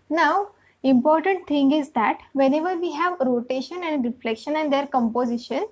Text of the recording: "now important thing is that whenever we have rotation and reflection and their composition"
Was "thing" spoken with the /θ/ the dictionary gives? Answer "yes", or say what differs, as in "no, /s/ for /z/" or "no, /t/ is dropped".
no, /t/ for /θ/